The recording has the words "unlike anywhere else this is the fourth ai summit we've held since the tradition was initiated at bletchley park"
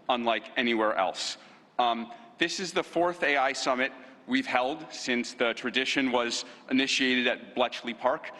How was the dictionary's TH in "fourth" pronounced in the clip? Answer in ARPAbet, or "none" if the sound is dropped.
TH